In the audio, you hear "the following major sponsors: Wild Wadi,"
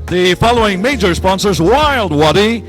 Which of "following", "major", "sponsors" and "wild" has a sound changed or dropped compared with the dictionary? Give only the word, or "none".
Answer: none